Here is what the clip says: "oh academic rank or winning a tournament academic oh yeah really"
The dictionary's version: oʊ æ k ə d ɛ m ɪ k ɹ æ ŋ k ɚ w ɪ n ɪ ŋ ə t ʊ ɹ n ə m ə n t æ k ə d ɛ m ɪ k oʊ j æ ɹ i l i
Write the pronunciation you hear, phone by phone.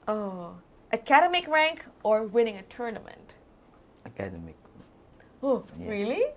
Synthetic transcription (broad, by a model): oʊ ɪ k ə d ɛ m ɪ k ɹ æ ŋ k ɚ w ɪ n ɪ ŋ ə t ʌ ɹ n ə m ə n t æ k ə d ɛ m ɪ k oʊ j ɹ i l i